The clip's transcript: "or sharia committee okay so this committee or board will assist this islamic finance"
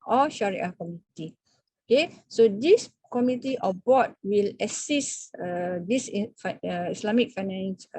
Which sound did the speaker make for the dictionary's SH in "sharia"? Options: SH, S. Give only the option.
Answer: SH